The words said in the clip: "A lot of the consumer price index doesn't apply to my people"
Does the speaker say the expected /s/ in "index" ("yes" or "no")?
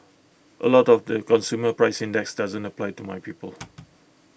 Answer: yes